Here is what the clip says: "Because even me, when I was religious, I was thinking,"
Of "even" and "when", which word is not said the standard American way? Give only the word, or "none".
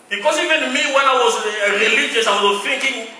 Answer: none